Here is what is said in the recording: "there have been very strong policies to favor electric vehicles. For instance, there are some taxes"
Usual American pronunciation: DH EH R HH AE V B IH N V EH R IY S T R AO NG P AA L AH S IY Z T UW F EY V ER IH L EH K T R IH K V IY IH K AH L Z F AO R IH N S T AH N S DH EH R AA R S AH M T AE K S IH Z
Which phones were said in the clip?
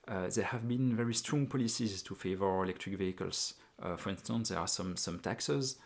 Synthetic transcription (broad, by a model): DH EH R HH AE V B IH N V EH R IY S T R AO NG P AA L AH S IY Z T UW F EY V ER IH L EH K T R IH K V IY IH K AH L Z F AO R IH N S T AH N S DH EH R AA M S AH M T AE K S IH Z